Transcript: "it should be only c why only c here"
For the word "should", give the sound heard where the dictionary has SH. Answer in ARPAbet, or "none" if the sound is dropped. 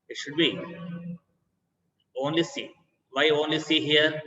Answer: SH